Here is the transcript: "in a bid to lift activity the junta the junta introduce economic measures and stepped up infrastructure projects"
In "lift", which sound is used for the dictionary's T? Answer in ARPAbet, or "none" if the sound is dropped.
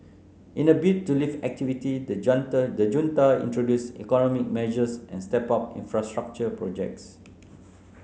none